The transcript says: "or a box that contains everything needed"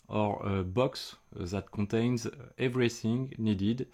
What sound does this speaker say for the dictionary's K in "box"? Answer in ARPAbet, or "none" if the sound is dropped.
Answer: K